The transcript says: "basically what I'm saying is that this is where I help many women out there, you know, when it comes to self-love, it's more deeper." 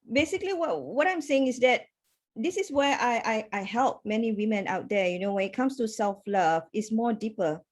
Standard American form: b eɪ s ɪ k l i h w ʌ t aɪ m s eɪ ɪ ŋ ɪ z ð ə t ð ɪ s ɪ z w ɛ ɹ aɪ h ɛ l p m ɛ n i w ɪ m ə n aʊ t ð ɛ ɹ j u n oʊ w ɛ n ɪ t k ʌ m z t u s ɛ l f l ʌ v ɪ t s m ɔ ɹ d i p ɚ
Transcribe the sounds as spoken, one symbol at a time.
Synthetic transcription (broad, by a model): b eɪ s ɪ k l i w w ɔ t aɪ m s eɪ ɪ ŋ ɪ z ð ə t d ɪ s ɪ s w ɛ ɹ aɪ h ɛ l p m ɛ n i w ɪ m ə n aʊ t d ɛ j u n oʊ w ɛ n ɪ t k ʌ m s t u s ɛ l f l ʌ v ɪ t s m ɔ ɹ d i p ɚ